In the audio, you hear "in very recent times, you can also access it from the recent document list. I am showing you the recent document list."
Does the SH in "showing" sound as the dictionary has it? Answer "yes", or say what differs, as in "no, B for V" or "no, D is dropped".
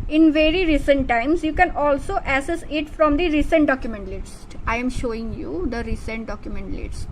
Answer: yes